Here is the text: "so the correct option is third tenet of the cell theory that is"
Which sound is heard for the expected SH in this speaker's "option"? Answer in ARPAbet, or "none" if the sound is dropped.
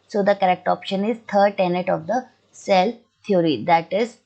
SH